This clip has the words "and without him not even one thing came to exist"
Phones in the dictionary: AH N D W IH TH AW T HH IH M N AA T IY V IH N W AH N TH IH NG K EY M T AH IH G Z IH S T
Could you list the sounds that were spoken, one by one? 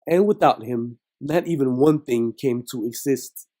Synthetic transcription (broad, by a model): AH N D W IH TH AW T HH IH M N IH T IY V IH N W AH N TH IH NG K EY M T AH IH G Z IH S T